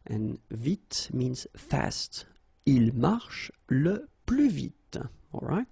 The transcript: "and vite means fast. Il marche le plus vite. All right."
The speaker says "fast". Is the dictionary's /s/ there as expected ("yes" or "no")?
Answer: yes